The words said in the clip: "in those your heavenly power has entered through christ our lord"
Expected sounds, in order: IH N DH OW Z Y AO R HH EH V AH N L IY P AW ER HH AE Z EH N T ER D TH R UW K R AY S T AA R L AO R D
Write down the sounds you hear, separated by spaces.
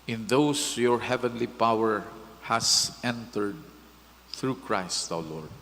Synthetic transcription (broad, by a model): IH N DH OW S Y AO R HH EH V AH N L IY P AW ER HH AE S EH N T ER D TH R UW K R AY S T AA W L AO R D